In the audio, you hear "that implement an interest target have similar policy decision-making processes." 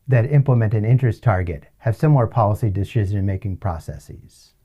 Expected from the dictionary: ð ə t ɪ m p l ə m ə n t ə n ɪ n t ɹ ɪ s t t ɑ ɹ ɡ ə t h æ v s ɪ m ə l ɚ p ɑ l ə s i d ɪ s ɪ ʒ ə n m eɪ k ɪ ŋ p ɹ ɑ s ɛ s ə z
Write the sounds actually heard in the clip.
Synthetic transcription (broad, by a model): ð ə t ɪ m p l ə m ə n t ə n ɪ n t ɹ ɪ s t t ɑ ɹ ɡ ə t h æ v s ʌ m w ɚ p ɑ l ə s i d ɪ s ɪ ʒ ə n m eɪ k ɪ ŋ p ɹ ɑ s ɛ s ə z